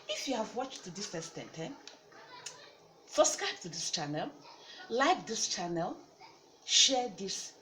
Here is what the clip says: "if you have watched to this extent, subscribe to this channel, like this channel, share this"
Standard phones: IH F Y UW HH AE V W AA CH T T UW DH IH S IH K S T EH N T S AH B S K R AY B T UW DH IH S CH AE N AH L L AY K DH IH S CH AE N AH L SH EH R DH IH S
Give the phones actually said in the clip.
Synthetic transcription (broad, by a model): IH F Y UW HH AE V W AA CH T T UW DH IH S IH S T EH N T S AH S K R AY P T UW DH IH S CH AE N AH L L AY K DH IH S CH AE N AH L SH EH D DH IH S